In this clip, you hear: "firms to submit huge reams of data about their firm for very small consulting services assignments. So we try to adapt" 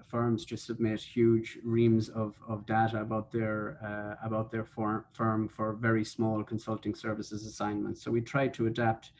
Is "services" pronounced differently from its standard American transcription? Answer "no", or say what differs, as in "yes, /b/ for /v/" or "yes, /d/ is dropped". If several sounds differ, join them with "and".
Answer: no